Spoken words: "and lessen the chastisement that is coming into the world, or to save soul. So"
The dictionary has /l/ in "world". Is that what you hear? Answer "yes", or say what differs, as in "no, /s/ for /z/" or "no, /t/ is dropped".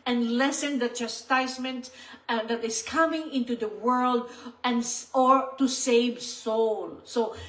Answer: yes